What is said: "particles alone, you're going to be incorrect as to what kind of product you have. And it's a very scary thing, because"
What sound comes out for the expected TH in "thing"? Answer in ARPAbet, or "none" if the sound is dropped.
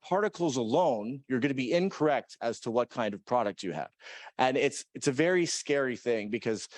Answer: TH